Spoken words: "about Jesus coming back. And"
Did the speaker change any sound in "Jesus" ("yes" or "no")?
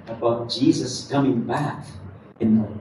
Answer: no